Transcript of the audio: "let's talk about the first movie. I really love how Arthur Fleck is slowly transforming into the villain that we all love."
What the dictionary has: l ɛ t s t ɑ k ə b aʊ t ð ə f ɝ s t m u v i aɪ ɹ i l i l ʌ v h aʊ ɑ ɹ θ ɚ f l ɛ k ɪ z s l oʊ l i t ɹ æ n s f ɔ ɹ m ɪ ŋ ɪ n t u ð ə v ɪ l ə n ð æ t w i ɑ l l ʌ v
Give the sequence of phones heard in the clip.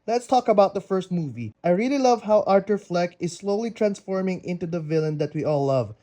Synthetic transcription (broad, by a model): l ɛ t s t ɑ k ə b aʊ t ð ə f ɝ s t m u v i aɪ ɹ i l i l ʌ v h aʊ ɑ ɹ t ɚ f l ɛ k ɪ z s l oʊ l i t ɹ æ n s f ɔ ɹ m ɪ ŋ ɪ n t u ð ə v ɪ l ə n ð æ t w i ɑ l l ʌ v